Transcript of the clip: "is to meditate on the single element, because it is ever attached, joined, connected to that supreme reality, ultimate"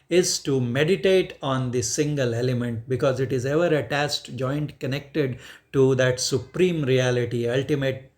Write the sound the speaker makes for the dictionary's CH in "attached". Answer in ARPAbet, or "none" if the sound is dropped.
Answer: S